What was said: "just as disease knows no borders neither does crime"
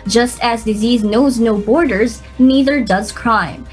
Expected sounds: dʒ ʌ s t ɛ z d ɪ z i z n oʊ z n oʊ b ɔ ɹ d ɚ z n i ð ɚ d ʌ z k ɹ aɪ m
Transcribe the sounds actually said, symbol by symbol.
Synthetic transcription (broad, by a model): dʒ ʌ s t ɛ z d ɪ z i z n oʊ z n oʊ b ɔ ɹ d ɚ z n i ð ɚ d ʌ z k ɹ aɪ m